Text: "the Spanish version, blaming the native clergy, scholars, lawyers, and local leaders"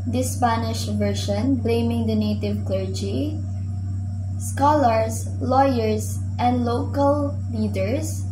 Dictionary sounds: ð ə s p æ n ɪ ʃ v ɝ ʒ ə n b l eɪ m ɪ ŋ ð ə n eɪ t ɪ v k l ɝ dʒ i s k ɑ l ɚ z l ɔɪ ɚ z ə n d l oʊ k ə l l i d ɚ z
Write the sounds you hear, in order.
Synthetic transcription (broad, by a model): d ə s p æ n ɪ ʃ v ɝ ʃ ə n b l eɪ m ɪ ŋ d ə n eɪ t ɪ v k l ɝ dʒ i s k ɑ l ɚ s l ɔɪ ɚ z ə n d l oʊ k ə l l i d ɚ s